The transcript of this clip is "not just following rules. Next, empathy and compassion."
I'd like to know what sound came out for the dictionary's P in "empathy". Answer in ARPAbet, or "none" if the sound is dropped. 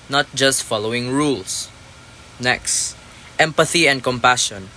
P